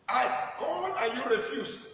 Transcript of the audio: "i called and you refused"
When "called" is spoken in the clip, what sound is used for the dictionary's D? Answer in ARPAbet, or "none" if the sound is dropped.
none